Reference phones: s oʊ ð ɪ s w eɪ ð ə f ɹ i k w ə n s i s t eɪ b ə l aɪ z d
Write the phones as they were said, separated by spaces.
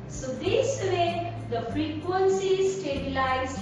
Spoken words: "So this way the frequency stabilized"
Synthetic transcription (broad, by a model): s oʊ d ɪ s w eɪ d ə f ɹ i k w ə n s i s t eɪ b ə l aɪ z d